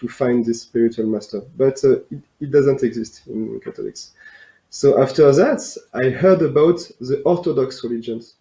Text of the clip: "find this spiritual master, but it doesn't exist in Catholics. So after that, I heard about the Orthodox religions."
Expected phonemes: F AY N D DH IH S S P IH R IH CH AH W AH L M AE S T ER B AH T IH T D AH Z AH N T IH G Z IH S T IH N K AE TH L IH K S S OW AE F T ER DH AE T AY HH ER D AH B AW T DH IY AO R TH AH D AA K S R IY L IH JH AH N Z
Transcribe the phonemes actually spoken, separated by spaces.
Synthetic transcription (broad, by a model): F AY N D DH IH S S P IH R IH CH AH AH L M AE S T ER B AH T IH T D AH Z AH N T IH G Z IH S T IH N K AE T L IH K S S OW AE F T ER DH AE T AY HH ER D AH B AW T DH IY AO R T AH D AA K S R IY L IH JH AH N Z